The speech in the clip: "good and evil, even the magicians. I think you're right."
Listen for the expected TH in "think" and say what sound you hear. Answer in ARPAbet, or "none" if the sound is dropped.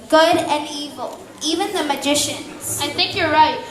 TH